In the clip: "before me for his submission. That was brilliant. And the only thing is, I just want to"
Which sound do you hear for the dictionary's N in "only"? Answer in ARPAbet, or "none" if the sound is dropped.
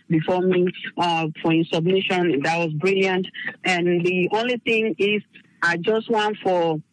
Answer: N